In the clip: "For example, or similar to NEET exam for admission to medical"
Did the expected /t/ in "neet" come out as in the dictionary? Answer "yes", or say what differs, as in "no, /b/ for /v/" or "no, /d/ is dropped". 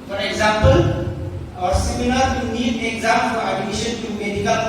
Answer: no, /t/ is dropped